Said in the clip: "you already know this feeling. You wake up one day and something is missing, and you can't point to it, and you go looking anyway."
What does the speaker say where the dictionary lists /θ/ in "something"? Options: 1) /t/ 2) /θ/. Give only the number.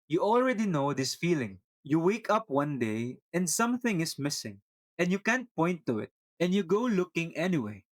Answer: 2